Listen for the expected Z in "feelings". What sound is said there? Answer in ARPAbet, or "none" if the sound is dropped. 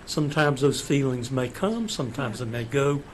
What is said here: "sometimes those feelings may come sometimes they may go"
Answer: Z